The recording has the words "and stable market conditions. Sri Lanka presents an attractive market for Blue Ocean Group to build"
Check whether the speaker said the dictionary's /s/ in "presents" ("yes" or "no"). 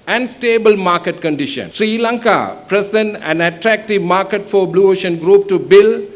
no